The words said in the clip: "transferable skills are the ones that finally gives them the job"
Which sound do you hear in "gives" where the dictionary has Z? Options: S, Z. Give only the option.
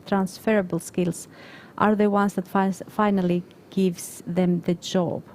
S